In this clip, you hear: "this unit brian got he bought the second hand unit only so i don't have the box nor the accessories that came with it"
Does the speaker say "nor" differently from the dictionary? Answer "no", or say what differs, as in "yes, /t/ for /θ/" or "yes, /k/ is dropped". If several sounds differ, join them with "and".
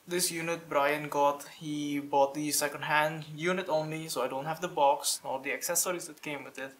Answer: yes, /l/ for /ɹ/